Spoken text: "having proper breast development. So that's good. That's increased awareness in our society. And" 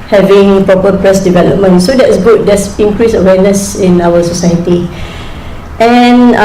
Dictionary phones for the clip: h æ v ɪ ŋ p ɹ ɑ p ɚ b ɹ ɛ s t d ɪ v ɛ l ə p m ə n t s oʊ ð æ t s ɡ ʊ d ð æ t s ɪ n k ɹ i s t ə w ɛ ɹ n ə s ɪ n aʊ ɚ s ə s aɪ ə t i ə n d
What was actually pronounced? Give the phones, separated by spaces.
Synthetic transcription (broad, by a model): h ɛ v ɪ ŋ p ɹ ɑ p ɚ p ɹ ɛ s d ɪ v ɛ l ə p m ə n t s oʊ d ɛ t s ɡ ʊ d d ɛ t s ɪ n k ɹ i s ə w ɛ n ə s ɪ n aʊ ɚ s ə s aɪ ə t i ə n